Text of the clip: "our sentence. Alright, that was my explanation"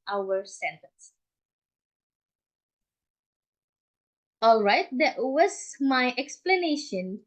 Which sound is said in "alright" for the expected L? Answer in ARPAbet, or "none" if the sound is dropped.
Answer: L